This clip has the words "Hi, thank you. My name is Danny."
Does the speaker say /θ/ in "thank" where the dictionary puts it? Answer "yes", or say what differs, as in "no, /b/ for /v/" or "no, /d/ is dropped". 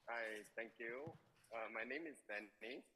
no, /t/ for /θ/